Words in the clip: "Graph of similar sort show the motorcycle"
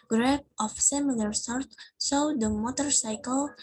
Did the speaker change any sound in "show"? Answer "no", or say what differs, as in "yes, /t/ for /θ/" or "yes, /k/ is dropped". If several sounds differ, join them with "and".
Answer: yes, /s/ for /ʃ/